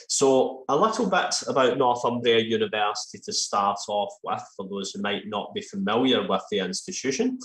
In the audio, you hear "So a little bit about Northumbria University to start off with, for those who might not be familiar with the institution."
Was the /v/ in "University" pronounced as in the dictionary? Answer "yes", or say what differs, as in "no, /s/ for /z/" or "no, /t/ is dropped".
yes